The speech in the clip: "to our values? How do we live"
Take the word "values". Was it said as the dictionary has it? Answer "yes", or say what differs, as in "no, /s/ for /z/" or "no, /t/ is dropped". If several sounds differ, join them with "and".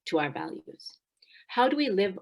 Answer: yes